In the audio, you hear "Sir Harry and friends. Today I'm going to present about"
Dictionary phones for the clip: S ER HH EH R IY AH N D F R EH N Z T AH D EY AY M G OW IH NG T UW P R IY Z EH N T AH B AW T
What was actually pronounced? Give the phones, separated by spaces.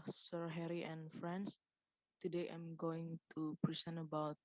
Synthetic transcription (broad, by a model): S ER HH EH R IY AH N F R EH N S T AH D EY AY M G OW IH NG T UW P R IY S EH N AH B AW T